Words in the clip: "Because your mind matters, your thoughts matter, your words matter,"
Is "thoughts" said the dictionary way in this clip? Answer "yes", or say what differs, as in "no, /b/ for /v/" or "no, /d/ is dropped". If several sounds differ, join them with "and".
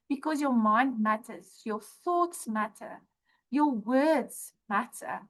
yes